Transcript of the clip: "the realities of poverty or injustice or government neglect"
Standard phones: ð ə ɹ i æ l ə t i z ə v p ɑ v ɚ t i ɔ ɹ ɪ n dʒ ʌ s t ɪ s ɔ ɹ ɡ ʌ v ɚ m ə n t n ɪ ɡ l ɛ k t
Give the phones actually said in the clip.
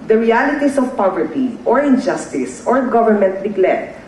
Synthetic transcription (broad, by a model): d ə ɹ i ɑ l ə t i s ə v p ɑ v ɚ t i ɔ ɹ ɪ n dʒ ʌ s t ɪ s ɔ ɹ ɡ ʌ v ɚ m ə n t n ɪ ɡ l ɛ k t